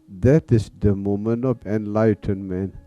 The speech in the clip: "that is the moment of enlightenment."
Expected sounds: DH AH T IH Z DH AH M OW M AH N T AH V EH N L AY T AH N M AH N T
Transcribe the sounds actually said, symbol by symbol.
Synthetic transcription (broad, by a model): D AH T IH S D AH M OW M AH N AH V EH N L AY T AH N M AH N